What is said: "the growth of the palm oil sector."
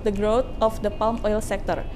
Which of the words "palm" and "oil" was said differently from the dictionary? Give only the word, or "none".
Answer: none